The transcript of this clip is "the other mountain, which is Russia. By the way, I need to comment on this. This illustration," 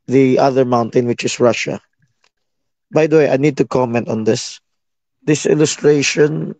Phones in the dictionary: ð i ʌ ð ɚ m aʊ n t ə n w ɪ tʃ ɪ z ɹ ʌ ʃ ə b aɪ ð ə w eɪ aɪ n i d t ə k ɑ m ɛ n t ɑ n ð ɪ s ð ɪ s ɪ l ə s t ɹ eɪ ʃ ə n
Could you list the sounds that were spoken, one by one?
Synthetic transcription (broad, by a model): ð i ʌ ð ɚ m aʊ n t ə n w ɪ tʃ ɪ s ɹ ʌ ʃ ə b aɪ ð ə w eɪ aɪ n i d t ə k ɑ m ɛ n t ɑ n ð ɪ s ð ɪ s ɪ l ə s t ɹ eɪ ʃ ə n